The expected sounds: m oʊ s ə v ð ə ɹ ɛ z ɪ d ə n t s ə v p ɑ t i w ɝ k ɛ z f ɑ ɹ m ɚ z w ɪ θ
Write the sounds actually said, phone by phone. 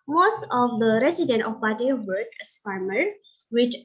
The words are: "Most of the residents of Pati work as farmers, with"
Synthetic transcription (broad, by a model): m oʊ s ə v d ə ɹ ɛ s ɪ d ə n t ə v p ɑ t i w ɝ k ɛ s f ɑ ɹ m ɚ w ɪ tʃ